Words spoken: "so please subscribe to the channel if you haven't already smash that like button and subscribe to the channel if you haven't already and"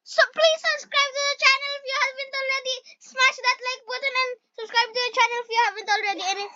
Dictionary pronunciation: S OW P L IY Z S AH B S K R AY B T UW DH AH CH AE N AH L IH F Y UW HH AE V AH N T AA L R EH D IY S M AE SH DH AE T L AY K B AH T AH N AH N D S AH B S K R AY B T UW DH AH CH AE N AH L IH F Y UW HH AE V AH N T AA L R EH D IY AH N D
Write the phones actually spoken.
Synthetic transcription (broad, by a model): S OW P L IY Z S AH B S K R AY B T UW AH CH AE N AH L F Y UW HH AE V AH N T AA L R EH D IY S M AE SH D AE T L AY K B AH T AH N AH N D S AH B S K R AY B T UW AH CH AE N AH L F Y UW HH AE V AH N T AA L R EH D IY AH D